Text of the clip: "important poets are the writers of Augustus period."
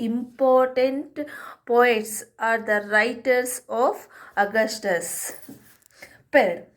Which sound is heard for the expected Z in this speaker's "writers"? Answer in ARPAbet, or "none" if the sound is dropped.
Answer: S